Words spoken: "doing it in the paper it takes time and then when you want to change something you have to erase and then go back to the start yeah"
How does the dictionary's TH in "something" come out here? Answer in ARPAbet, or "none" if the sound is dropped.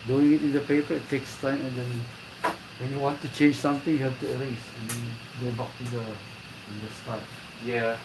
T